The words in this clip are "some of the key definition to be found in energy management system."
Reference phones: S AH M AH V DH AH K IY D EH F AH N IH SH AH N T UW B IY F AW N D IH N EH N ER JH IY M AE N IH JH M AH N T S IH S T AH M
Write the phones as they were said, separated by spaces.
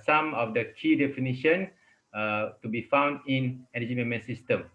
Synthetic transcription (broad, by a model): S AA M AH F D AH K IY D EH F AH N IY SH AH N T UW B IY F AW N D IH N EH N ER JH IY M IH M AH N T S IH S T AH M